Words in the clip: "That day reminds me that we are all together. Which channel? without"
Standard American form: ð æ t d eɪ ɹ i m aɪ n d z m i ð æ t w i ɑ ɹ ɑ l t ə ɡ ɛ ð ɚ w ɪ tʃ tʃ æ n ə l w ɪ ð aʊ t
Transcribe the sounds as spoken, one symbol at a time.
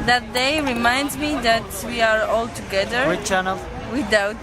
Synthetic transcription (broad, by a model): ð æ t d eɪ ɹ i m aɪ n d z m i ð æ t w i ɑ ɹ ɑ l t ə ɡ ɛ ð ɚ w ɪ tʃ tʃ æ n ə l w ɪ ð aʊ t